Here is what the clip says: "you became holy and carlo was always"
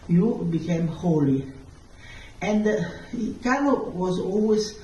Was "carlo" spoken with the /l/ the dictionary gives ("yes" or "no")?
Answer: no